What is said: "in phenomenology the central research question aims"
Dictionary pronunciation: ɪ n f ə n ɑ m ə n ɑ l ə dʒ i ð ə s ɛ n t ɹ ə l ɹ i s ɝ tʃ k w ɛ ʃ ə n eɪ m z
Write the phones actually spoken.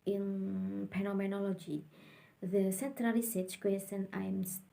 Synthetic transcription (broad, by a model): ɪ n p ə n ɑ m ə n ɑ l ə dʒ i ð ə s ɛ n t ɹ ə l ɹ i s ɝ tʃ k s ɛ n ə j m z